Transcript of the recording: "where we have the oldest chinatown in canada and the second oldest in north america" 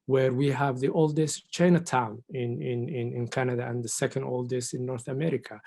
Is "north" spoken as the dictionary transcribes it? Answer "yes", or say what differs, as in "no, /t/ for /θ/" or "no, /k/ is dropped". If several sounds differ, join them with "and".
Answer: yes